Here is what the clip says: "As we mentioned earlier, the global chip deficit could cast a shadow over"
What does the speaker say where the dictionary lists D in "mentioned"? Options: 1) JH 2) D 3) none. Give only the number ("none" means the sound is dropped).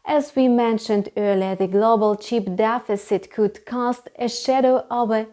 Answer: 2